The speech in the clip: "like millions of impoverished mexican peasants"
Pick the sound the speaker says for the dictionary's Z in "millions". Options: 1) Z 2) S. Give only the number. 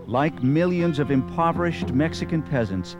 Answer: 1